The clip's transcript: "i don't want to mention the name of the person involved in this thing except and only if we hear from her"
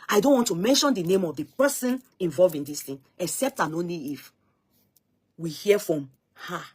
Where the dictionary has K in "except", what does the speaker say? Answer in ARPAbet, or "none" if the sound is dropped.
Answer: K